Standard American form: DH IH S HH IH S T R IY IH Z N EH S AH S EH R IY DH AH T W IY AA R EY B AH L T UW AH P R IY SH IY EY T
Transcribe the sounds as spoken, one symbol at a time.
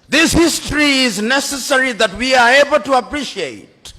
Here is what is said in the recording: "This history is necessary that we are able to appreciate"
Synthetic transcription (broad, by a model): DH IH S HH IH S T R IY IH Z N EH S AH S EH R IY DH AH T W IY AA R EY B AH L T UW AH P R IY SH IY EY T